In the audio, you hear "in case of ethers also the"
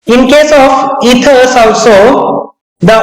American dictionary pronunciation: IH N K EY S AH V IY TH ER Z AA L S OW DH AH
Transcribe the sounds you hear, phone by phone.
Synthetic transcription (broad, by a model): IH N K EY S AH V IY T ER S AA L S OW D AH